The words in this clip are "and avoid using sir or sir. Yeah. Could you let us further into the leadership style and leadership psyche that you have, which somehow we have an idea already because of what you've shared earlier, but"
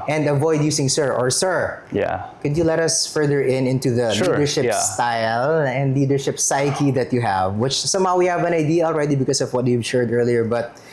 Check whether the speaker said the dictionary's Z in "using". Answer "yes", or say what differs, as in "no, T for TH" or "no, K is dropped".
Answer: no, S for Z